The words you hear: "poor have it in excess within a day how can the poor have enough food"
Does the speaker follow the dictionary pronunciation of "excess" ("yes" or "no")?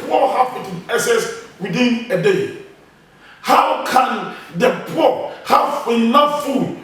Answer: no